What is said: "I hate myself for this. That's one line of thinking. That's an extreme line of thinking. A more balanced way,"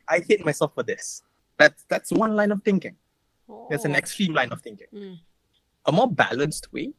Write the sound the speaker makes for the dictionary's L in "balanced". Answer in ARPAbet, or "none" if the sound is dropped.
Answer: L